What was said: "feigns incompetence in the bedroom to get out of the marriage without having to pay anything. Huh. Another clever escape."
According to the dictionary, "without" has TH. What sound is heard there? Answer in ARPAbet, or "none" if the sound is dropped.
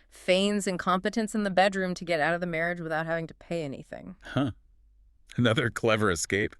TH